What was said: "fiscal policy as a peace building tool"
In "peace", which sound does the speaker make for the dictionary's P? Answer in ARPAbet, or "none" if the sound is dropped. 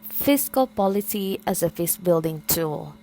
F